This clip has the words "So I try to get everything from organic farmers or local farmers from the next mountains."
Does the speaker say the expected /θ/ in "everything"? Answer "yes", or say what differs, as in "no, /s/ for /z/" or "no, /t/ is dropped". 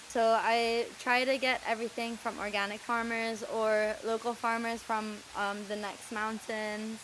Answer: yes